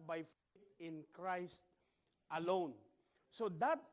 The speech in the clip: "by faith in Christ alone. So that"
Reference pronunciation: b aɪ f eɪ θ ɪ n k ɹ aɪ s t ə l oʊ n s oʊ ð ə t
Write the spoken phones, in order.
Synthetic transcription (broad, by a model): b aɪ f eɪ t ɪ n k ɹ aɪ s t ə l oʊ n s oʊ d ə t